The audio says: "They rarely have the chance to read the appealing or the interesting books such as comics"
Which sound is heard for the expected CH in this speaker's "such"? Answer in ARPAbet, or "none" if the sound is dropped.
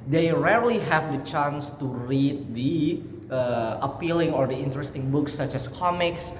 CH